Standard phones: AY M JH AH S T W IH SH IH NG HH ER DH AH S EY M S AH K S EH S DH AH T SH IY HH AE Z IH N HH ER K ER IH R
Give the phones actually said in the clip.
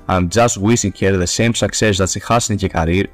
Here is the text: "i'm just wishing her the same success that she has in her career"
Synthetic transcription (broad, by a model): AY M JH AH S T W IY S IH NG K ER DH AH S EY M S AH K S EH S DH AH T S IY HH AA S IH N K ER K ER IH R